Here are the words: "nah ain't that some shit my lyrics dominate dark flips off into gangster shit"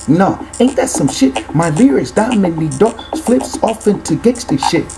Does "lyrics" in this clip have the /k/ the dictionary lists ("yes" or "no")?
no